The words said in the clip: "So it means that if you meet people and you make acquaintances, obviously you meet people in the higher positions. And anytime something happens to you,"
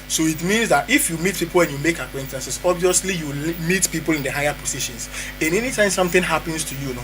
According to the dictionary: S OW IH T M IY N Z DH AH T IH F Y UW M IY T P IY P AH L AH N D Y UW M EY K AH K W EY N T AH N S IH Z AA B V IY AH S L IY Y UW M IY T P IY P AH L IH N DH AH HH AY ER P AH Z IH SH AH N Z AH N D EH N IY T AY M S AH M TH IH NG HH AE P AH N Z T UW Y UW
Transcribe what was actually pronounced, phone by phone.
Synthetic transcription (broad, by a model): S OW IH T M IY N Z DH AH T IH F Y UW M IY T P IY P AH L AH N Y UW M EY K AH K W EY N T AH N S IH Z AA B V IY AH S L IY Y UW M IY T P IY P AH L IH N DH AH HH AY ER P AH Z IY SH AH N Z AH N EH N IY T AY M S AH M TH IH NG HH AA P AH N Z T UW Y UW